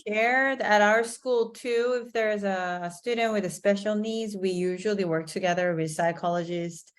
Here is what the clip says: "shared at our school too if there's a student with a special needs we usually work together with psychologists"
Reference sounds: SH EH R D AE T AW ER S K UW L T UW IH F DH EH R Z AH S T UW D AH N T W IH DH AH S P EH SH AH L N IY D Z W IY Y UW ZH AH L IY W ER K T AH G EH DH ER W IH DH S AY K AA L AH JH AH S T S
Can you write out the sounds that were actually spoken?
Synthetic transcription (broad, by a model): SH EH R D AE T AW ER S K UW L T UW IH F DH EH R Z AH S T UW D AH N T W IH DH AH S P EH SH L N IY D Z W IY Y UW ZH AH L IY W ER K T AH G EH DH ER W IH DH S AY K AA L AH JH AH S T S